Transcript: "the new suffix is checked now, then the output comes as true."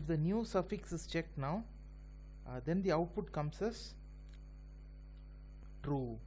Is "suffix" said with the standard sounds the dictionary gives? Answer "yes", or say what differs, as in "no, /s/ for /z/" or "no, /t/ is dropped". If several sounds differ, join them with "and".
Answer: yes